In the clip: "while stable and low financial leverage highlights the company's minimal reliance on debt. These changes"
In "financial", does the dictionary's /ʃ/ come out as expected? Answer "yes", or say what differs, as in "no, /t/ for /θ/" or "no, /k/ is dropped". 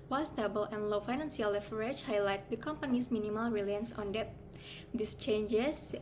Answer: no, /s/ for /ʃ/